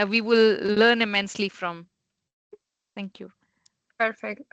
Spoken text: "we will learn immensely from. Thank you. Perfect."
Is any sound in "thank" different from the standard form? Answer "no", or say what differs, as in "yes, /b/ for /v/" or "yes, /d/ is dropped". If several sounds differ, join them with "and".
yes, /t/ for /θ/